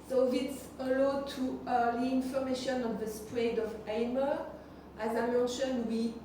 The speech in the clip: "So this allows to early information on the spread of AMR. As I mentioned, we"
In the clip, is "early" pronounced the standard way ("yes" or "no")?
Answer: no